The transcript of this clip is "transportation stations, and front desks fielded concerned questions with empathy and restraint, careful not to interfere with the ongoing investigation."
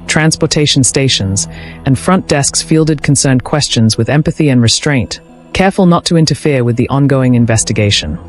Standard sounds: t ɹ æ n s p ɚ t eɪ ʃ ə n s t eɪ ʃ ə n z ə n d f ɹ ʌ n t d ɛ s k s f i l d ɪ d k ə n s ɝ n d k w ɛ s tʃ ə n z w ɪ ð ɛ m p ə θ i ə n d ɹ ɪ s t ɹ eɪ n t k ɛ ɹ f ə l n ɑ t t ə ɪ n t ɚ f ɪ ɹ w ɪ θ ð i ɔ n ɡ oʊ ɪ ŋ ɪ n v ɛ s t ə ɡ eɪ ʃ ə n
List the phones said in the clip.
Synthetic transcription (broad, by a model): t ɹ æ n s p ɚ t eɪ ʃ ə n s t eɪ ʃ ə n z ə n f ɹ ʌ n d ɛ s k s f i l d ɪ d k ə n s ɝ n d k w ɛ s tʃ ə n z w ɪ ð ɛ m p ə θ i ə n ɹ ɪ s t ɹ eɪ n t k ɛ ɹ f ə l n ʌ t t ə ɪ n t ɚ f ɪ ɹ w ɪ ð i ɔ n ɡ oʊ ɪ ŋ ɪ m v ɛ s t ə ɡ eɪ ʃ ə n